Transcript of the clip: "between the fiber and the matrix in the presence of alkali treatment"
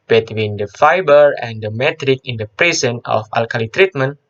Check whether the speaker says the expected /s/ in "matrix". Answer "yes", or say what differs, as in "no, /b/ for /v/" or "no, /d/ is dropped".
no, /s/ is dropped